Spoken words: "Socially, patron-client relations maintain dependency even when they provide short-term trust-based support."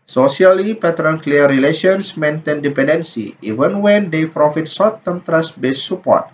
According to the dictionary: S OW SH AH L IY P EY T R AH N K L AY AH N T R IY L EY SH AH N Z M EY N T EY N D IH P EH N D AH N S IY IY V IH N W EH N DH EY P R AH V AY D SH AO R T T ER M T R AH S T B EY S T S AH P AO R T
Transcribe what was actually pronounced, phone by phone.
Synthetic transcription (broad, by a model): S OW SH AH L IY P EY T R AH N K L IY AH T R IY L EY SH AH N S M EY N T EY N D IH P EH N D AH N S IY IY V IH N W EH N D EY P R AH F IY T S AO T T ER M T R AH S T B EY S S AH P AO R T